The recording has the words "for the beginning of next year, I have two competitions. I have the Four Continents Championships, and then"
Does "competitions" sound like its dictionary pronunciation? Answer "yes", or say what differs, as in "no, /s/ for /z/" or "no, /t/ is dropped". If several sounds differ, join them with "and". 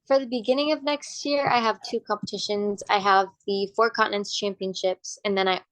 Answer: yes